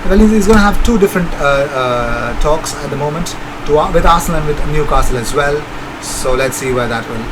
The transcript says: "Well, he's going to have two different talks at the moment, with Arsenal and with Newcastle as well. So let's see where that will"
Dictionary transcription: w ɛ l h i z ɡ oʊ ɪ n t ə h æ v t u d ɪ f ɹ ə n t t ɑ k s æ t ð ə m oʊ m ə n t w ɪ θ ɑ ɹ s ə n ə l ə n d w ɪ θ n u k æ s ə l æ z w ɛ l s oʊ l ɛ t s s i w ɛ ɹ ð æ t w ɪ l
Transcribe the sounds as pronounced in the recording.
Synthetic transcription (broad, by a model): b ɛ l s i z ɡ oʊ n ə h æ v t u d ɪ f ɹ ə n t t ɑ k s æ t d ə m oʊ m ə n t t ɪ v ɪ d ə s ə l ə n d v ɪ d n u k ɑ s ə l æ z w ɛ l s oʊ l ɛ t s s i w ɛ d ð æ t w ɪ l